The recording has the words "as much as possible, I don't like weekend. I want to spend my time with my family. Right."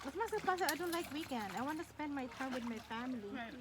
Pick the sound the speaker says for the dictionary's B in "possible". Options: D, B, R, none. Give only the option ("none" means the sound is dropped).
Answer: none